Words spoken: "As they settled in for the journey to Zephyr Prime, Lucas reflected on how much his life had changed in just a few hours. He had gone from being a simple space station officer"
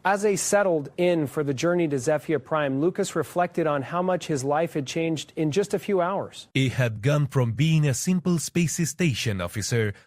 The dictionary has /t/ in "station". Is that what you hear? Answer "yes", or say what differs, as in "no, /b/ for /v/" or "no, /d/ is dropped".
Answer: yes